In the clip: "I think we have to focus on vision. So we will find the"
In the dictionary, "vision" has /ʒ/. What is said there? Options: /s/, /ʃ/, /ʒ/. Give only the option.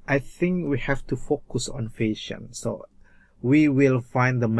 /ʃ/